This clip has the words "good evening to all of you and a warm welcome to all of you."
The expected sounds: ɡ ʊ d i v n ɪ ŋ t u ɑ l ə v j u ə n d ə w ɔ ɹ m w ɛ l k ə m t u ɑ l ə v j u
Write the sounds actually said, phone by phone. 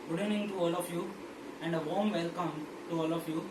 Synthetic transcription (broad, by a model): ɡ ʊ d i n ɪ ŋ t u ɑ l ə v j u ə n d ə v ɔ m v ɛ l k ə m t u ɑ l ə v j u